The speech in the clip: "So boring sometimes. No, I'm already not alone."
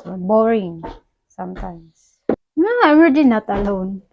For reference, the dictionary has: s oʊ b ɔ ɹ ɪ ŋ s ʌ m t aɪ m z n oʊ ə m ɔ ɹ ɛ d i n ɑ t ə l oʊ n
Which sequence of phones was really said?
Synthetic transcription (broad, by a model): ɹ b ɔ ɹ ɪ ŋ s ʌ m t aɪ m s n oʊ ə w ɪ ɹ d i n ɑ t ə l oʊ n